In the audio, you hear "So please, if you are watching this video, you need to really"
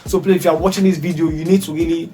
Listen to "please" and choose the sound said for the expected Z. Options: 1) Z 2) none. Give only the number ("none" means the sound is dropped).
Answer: 2